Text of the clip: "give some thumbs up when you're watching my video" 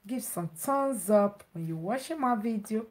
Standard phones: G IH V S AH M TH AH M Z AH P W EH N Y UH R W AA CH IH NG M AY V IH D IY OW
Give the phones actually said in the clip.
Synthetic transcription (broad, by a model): G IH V S AH M T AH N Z AH P W EH N Y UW W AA SH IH M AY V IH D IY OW